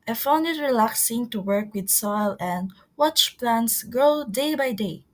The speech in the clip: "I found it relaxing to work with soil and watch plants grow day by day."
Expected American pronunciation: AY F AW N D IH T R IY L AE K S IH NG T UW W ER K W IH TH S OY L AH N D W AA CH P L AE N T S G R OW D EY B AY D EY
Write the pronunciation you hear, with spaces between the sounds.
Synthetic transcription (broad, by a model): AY F AW N D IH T R IY L AE K S IH NG T UW W ER K W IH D S OY L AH N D W AA CH P L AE N S G OW D EY B AY D EY